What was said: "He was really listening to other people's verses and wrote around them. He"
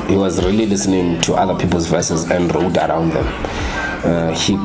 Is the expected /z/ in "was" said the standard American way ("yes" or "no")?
yes